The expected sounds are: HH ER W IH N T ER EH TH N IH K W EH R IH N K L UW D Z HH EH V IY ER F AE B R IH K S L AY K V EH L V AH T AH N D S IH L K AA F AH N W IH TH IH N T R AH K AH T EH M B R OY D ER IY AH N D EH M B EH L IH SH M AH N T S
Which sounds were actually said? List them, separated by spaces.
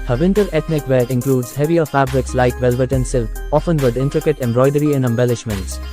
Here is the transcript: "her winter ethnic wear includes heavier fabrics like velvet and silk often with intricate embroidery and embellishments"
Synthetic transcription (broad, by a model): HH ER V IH N T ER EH T N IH K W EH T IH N K L UW D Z HH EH V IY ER F AE B R IH K S L AY K V EH L V AH T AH N S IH L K AA F AH N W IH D IH N T R AH K AH T EH M B R OY D ER IY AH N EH M B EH L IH SH M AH N T S